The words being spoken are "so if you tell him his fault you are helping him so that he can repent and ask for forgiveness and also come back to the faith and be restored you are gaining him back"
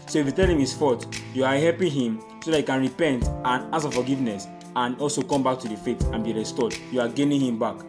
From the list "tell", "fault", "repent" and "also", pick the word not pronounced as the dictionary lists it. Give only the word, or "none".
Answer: fault